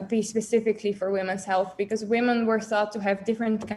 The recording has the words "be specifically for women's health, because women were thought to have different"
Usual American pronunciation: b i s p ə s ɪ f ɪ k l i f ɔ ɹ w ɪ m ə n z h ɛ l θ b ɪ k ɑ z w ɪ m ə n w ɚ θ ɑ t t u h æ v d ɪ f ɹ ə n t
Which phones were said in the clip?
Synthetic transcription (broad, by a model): b i s p ə s ɪ f ɪ k l i f ɔ ɹ w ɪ m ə n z h ɛ l θ b ɪ k ɑ z w ɪ m ə n w ɚ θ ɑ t t u h æ v d ɪ f ɹ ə n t